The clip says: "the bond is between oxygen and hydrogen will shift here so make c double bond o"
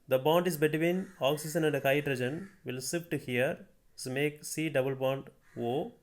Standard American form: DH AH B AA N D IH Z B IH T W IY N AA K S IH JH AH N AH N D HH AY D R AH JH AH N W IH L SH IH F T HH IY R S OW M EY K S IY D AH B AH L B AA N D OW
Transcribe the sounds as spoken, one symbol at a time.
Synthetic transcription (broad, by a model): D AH B AA N D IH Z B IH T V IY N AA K S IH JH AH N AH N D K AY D R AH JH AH N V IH L S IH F T HH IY R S M EY K S IY D AH B AH L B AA N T OW